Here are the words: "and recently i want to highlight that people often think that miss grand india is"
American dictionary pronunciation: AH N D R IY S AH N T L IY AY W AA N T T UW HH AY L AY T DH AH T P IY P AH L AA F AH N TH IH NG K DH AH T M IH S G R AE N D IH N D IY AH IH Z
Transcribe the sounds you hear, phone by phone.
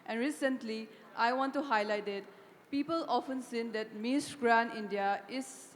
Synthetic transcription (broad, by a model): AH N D R IY S AH N T L IY AY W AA N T T UW HH AY L AY T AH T P IY P AH L AA F AH N S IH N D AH T M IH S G R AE N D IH N D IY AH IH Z